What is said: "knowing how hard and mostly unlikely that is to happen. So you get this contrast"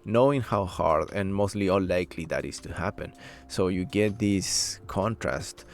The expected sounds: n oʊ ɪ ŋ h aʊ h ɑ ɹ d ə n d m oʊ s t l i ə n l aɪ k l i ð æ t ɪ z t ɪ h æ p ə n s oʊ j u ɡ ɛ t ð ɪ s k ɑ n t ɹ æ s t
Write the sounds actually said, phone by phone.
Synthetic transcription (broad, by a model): n oʊ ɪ ŋ h aʊ h ɑ ɹ d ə n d m oʊ s t l i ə l aɪ k l i ð æ t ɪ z t ɪ h æ p ə n s oʊ j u ɡ ɛ t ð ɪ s k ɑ n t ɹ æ s t